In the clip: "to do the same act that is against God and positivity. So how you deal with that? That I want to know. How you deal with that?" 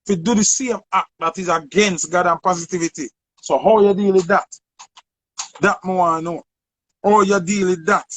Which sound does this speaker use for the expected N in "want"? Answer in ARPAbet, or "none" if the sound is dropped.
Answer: none